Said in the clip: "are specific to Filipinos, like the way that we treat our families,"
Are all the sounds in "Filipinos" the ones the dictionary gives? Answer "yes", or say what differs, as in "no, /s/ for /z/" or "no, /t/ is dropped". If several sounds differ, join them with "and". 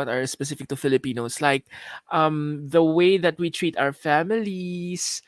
no, /s/ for /z/